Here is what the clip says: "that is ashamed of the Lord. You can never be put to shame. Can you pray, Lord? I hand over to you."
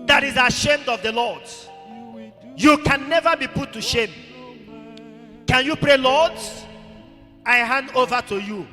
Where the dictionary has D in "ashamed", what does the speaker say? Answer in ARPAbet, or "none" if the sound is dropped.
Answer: D